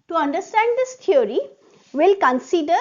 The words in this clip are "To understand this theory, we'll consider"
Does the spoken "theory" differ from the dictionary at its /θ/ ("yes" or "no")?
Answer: yes